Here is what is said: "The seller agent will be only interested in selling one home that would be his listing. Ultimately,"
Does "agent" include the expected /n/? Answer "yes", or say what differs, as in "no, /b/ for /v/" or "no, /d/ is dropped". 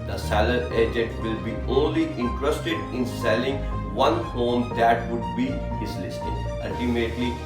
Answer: no, /n/ is dropped